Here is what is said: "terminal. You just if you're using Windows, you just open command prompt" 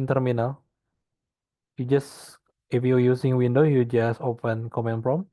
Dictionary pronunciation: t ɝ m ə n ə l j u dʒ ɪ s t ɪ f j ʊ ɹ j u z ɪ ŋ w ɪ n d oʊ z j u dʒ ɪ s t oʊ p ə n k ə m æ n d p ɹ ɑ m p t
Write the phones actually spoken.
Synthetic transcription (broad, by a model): t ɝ m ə n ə l j u dʒ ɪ s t ɪ f j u j u s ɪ ŋ w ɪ n d oʊ j u dʒ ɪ s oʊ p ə n k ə m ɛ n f ɹ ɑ m